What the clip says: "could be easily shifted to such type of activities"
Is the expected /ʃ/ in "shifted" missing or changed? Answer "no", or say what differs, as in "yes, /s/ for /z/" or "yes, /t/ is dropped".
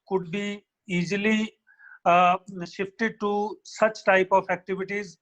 no